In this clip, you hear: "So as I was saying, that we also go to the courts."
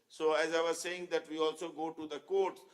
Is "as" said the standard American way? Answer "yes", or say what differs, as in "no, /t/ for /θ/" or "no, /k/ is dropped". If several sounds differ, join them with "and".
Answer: yes